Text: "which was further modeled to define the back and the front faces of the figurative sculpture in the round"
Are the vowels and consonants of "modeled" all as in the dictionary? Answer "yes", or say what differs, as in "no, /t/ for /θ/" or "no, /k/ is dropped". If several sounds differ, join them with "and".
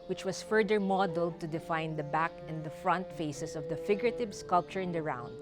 yes